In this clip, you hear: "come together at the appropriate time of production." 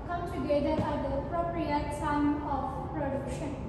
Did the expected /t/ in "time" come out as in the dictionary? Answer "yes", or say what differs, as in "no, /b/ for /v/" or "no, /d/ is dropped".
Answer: no, /s/ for /t/